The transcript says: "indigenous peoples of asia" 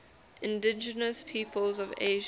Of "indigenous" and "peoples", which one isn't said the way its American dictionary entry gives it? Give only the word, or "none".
none